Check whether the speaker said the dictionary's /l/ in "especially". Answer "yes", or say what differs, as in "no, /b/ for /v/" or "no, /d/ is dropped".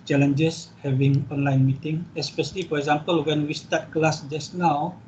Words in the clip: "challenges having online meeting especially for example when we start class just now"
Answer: yes